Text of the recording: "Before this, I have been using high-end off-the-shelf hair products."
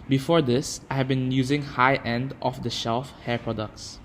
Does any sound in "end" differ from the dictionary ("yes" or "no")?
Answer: no